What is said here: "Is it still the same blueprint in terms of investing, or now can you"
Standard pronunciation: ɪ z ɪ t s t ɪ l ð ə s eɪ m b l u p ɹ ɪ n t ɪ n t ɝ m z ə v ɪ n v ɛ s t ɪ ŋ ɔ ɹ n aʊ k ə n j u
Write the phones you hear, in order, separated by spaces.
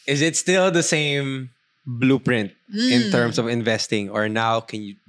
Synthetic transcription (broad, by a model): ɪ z ɪ t s t ɪ l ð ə s eɪ m b l u p ɹ ɪ n t ɪ n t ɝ m s ə v ɪ n v ɛ s t ɪ ŋ ɔ ɹ n aʊ k ə n j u